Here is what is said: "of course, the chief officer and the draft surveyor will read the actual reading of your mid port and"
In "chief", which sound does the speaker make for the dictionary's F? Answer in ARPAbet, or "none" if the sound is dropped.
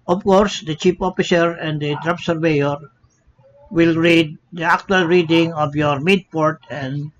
P